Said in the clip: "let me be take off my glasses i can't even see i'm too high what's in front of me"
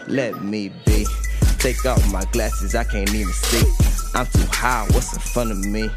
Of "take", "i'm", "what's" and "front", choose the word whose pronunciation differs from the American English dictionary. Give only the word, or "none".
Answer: front